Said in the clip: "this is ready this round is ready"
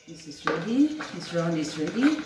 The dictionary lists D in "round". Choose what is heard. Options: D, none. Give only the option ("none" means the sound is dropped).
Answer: none